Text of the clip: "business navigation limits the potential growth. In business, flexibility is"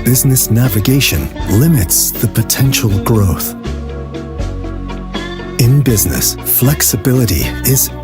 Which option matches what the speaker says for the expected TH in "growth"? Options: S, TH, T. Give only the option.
TH